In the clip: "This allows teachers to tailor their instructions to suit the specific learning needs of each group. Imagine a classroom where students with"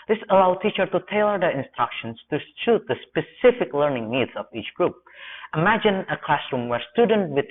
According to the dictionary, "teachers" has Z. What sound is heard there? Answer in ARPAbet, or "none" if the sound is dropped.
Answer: none